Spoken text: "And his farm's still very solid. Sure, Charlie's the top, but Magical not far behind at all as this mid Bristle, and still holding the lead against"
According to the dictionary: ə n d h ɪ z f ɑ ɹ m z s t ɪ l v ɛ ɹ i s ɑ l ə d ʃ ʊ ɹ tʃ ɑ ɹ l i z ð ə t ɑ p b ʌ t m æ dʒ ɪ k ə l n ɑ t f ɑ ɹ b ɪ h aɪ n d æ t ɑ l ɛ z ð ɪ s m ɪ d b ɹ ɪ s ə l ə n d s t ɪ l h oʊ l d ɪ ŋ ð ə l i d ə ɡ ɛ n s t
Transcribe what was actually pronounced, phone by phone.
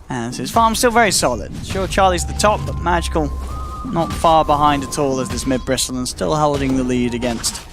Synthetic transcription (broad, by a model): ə n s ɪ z f ɑ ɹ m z s t ɪ l v ɛ ɹ i s ɑ l ə d ʃ ʊ ɹ tʃ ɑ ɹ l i z ð ə t ɑ p b ʌ t m æ dʒ ɪ k ə l n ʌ t f ɑ ɹ b ɪ h aɪ n d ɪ t ɑ l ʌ z ð ɪ s m ɪ d b ɹ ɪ s l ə n s t ɪ l h oʊ l d ɪ ŋ ð ə l i d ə ɡ ɛ n s t